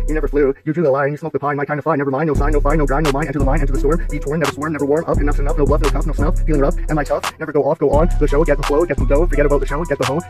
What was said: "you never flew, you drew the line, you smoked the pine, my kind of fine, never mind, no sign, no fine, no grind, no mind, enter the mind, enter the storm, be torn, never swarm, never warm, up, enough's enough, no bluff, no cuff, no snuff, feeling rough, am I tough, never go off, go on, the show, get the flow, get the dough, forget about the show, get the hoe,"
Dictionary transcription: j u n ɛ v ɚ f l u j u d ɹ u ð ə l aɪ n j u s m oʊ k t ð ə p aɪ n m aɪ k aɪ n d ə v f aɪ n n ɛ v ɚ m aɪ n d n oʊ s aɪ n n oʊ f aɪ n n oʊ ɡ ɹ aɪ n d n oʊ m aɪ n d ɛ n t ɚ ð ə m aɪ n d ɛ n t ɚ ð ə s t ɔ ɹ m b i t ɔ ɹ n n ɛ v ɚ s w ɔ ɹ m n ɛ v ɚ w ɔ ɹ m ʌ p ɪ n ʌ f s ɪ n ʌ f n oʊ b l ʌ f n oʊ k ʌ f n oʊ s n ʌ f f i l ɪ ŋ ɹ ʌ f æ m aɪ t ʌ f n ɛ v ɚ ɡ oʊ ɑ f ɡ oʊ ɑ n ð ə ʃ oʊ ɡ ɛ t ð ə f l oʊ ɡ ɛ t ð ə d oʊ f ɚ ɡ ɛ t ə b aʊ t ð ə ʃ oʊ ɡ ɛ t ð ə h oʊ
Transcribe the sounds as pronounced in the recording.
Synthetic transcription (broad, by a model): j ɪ n ɛ v ɚ f l u j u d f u ð ə l aɪ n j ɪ s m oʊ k ð ə p aɪ n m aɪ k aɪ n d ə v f aɪ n n ɛ v ɚ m aɪ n n oʊ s aɪ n n oʊ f aɪ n n oʊ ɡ ɹ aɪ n n oʊ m aɪ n ɛ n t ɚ ð ə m aɪ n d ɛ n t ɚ ð ə s t ɔ ɹ m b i t ɔ ɹ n n ɛ v ɚ s w ɔ ɹ m n ɛ v ɚ w ɔ ɹ m ʌ p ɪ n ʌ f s ɪ n ʌ f n oʊ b l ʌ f n oʊ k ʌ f n oʊ s n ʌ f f i l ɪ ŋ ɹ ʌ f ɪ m aɪ t ʌ f n ɛ v ɚ ɡ oʊ ɑ f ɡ oʊ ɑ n ð ə ʃ oʊ ɡ ɛ t ð ə f l oʊ ɡ ɛ t ð ə d oʊ f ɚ ɡ ɛ t ə b aʊ t ð ə ʃ oʊ ɡ ɛ t ð ə h oʊ